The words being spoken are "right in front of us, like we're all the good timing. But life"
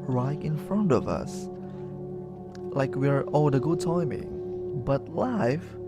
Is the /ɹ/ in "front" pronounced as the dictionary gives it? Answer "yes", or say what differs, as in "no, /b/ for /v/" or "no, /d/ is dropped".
yes